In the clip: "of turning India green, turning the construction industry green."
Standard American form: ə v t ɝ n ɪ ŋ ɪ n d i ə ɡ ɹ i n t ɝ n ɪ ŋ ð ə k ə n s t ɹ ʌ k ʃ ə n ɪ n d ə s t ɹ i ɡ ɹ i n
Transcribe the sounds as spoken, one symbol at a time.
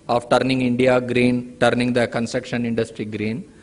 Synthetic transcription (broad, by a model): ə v t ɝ n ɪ ŋ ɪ n d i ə ɡ ɹ i n t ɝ n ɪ ŋ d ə k ə n s t ɹ ʌ k ʃ ə n ɪ n d ə s t ɹ i ɡ ɹ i n